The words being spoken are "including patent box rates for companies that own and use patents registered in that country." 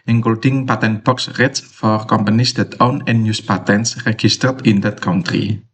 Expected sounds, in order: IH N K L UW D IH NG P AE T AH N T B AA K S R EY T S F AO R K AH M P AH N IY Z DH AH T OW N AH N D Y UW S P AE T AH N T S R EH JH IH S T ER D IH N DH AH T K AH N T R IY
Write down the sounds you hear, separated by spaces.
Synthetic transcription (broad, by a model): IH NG K L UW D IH NG P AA T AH N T B AA K S R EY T S F AO R K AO M P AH N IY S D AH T OW N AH N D Y UW S P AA T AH N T S R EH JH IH S T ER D IH N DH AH T K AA N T R IY